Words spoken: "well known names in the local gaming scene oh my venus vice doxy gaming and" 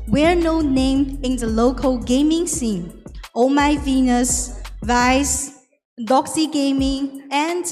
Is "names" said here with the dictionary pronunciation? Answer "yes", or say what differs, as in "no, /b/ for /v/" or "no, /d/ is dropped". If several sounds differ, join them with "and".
no, /z/ is dropped